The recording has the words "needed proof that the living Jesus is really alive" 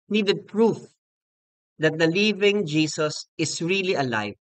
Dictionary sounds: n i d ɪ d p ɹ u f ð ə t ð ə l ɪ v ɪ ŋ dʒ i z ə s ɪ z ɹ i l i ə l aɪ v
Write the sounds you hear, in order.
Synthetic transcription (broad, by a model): n i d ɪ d p ɹ u f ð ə t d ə l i v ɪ ŋ dʒ i s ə s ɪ s ɹ i l i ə l aɪ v